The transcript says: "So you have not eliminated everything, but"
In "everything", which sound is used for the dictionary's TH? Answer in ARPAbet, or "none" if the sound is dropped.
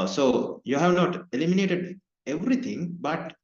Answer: T